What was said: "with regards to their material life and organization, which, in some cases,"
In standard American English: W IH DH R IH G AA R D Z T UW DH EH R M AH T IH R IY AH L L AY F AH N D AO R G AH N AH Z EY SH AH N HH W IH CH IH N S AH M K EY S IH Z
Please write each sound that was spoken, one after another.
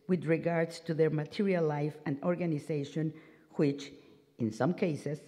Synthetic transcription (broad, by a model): W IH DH R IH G AA R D S T UW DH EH R M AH T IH R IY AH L L AY F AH N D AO R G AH N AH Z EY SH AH N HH W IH CH IH N S AH M K EY S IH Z